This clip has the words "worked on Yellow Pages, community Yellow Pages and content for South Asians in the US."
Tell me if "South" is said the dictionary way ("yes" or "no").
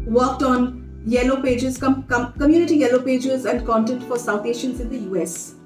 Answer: no